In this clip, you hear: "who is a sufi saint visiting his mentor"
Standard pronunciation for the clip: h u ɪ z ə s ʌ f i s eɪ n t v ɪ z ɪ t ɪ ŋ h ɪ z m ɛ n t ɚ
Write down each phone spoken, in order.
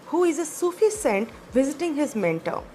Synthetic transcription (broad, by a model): h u ɪ z ə s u f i s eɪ n t v ɪ z ɪ t ɪ ŋ h ɪ z m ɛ n t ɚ